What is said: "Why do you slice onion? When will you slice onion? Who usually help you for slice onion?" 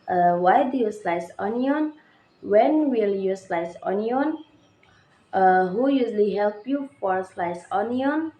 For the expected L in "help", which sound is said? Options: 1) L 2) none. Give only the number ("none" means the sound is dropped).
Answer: 1